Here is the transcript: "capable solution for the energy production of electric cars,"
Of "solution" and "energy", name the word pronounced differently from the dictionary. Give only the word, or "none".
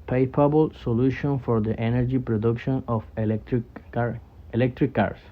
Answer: none